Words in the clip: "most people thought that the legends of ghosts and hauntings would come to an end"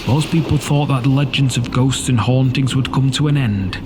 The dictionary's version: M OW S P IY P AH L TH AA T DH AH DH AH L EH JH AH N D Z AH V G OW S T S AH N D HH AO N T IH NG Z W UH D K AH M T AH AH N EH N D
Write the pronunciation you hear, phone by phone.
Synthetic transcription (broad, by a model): M OW S P IY P AH L TH AA T DH AH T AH L EH JH AH N D Z AH V G OW S T S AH N HH AO N T IH NG Z W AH D K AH M T AH AH N EH N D